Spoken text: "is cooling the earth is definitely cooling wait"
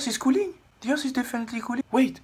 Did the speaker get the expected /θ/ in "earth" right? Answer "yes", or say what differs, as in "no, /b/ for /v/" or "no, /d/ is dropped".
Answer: no, /s/ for /θ/